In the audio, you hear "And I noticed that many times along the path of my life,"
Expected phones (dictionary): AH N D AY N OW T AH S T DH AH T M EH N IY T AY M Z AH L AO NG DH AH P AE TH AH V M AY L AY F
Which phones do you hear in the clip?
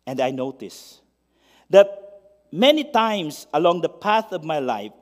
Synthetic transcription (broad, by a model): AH N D AY N OW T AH S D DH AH T M EH N IY T AY M S AH L AO NG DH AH P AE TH AH V M AY L AY F